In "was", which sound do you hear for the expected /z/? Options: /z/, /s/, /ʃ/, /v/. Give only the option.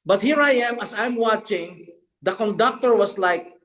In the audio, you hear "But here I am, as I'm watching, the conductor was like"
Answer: /s/